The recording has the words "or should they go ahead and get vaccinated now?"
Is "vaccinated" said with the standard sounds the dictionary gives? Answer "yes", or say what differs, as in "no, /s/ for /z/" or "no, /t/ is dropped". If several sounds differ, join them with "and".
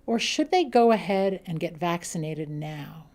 yes